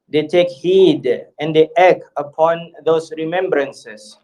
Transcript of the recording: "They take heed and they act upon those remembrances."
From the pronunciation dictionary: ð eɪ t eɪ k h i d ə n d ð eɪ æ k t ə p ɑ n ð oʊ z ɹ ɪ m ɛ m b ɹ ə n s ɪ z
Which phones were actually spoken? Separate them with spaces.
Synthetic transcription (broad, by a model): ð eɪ t eɪ k h i d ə n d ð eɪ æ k ə p ɑ n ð oʊ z ɹ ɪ m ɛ m b ɹ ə n s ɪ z